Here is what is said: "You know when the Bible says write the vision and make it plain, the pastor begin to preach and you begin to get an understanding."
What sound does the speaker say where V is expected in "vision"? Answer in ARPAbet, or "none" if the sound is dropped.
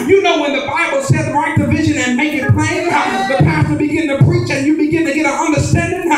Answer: V